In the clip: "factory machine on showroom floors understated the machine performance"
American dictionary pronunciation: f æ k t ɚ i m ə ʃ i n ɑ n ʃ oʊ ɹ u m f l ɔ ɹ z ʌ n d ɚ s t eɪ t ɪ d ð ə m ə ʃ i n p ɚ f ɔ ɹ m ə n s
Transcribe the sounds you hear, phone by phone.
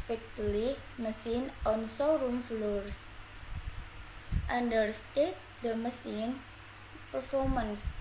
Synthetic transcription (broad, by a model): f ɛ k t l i m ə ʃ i n ɑ n s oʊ ɹ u m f l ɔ ɹ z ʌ n d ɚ s t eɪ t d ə m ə s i n p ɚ f ɔ ɹ m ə n s